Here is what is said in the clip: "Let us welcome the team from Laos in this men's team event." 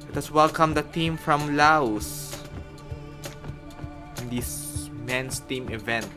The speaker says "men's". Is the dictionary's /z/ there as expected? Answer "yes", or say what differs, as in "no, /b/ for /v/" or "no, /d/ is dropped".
no, /s/ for /z/